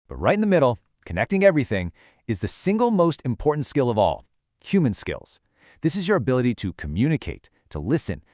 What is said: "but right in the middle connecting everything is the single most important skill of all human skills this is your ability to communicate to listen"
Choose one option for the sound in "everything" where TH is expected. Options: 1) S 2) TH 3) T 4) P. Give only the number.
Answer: 2